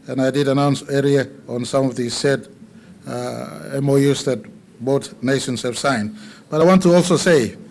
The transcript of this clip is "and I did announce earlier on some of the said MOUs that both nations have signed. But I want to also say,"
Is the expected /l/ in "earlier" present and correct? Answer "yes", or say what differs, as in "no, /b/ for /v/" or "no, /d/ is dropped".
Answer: no, /l/ is dropped